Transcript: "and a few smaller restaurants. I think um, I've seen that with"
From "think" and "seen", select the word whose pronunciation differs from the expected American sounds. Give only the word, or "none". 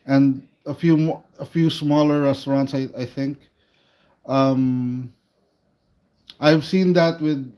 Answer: none